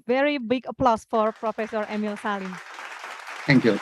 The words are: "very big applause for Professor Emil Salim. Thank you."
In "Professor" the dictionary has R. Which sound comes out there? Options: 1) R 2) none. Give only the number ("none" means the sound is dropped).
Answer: 1